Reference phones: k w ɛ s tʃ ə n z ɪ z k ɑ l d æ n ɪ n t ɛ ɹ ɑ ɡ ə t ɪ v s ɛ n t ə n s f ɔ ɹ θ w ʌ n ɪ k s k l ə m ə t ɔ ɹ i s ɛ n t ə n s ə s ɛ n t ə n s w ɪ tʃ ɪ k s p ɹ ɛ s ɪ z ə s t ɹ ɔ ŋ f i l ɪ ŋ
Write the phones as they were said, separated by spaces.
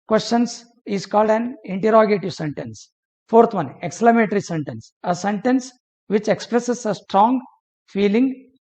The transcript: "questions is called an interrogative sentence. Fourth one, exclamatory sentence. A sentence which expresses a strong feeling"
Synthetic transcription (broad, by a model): k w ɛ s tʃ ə n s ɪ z k ɑ l d æ n ɪ n t ɛ ɹ ɑ ɡ ə t ɪ v s ɛ n t ə n s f ɔ ɹ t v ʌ n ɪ k s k l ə m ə t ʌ ɹ i s ɛ n t ə n s ə s ɛ n t ə n s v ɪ tʃ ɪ k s p ɹ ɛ s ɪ s ə s t ɹ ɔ ŋ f i l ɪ ŋ